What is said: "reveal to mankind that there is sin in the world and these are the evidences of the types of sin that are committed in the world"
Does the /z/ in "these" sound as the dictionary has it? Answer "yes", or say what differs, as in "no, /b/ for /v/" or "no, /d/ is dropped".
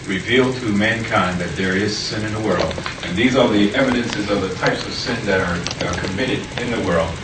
yes